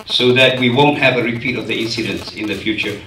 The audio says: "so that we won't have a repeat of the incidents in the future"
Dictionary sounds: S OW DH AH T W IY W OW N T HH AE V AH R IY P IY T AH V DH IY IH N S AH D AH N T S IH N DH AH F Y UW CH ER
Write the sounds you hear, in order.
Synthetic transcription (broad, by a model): S OW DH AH T W IY W OW N T HH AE V AH R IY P IY T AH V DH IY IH N S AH D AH N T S IH N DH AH F Y UW CH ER